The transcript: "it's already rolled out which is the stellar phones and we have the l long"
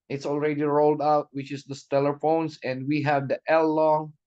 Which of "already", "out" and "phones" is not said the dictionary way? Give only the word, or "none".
phones